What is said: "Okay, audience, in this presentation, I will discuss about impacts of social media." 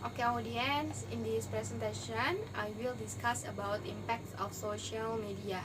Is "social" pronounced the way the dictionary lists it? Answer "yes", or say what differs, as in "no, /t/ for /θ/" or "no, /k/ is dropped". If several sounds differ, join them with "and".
yes